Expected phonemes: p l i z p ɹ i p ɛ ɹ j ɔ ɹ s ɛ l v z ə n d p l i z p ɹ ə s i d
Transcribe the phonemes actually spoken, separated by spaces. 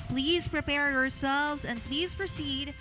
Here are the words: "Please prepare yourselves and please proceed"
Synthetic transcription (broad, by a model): p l i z p ɹ i p ɛ ɹ j ɔ ɹ s ɛ l v z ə n p l i z p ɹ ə s i d